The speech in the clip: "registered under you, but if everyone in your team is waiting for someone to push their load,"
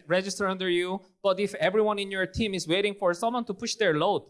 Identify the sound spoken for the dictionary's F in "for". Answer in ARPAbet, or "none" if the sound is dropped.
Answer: F